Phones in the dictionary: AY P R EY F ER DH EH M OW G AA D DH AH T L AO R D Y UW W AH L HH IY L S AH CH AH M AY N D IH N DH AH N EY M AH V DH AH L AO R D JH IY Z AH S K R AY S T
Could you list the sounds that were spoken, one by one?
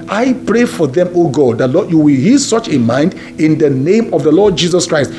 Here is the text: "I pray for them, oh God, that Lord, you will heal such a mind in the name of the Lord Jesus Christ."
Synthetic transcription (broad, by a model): AY P R EY F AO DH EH M OW G AA D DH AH T L AO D Y UW W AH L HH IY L S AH CH AH M AY N D IH N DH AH N EY M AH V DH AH L AO D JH IY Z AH S K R AY S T